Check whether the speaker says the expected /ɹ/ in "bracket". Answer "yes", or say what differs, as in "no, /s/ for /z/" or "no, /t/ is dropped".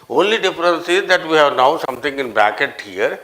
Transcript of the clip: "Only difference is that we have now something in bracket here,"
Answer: no, /ɹ/ is dropped